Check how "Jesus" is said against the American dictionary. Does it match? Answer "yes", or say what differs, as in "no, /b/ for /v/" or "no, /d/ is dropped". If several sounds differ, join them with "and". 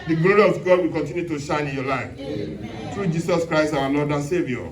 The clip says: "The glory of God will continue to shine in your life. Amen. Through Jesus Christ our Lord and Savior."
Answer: no, /s/ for /z/